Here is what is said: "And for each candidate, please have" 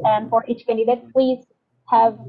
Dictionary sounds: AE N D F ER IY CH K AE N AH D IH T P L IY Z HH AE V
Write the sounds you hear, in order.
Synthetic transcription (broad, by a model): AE N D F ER IY CH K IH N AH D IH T P L IY Z HH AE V